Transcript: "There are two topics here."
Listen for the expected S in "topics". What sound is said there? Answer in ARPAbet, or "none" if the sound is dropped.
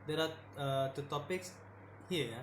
S